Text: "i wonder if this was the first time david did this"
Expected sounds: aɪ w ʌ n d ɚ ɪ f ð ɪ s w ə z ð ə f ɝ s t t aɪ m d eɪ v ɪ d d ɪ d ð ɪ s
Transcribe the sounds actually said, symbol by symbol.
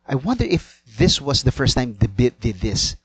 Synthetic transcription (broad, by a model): aɪ w ʌ n d ɚ ɪ f ð ɪ s w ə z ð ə f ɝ s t t aɪ m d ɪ b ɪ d d ɪ d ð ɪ s